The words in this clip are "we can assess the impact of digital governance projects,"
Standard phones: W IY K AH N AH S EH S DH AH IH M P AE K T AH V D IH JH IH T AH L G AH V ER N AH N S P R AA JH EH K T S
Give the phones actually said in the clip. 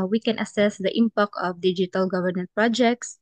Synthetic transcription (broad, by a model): W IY K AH N AH S EH S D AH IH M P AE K AH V D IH JH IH T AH L G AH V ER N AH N P R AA JH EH K T S